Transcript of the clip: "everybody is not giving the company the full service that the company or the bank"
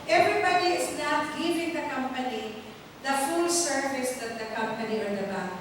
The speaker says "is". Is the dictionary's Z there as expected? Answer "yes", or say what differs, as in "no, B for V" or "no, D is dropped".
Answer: no, S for Z